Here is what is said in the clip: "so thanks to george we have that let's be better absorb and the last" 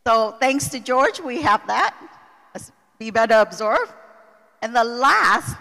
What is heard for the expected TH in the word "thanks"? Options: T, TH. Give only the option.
TH